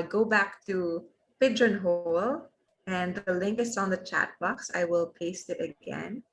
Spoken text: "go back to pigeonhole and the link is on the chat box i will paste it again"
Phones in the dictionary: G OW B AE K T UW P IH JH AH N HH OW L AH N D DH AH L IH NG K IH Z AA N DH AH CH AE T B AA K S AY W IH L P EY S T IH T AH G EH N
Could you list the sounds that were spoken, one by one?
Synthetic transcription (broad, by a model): G OW B AE K T UW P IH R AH N HH OW L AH N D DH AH L IH NG K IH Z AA N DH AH CH AE T B AA K S AY W IH L P EY S T IH T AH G EH N